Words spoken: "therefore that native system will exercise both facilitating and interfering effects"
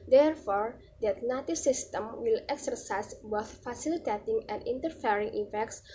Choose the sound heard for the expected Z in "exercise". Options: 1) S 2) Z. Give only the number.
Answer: 1